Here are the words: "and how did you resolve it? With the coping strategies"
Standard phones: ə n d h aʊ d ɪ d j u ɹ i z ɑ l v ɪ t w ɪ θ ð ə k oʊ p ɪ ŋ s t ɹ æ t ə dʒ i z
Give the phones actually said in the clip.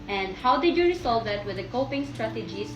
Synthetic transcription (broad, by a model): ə n d h aʊ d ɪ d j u ɹ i s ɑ l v ɪ t w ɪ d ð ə k oʊ p ɪ ŋ s t ɹ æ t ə dʒ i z